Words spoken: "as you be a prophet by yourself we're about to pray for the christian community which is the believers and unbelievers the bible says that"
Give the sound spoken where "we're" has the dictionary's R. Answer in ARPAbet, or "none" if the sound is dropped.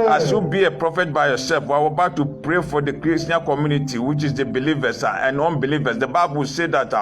W